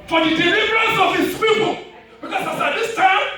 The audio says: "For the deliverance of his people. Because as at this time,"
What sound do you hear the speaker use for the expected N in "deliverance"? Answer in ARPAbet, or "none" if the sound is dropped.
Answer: N